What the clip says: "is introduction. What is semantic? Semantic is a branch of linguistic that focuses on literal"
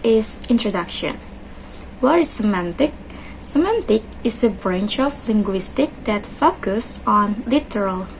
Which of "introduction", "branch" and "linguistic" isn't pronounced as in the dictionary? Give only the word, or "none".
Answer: none